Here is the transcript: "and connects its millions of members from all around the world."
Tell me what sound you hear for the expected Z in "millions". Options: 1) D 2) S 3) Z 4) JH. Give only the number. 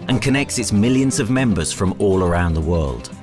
3